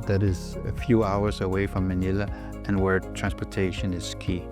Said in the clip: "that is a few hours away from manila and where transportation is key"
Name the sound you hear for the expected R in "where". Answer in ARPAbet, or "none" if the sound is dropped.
R